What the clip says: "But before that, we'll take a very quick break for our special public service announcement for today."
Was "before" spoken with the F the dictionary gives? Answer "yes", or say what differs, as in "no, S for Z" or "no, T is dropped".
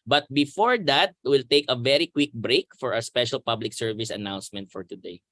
yes